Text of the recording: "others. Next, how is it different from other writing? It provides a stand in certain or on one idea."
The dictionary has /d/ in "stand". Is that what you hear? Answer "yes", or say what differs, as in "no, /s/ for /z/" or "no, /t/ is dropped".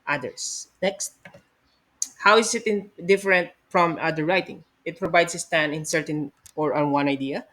no, /d/ is dropped